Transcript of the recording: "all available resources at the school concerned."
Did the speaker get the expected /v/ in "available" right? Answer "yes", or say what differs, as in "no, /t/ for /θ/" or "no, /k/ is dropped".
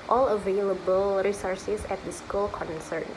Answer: yes